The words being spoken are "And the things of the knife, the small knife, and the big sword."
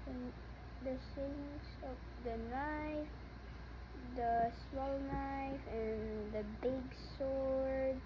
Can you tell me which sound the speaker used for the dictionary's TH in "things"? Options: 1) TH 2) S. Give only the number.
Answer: 2